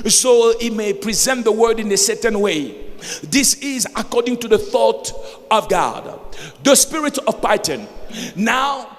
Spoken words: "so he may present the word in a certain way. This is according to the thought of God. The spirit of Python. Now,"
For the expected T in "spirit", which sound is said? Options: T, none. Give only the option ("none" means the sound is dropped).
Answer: T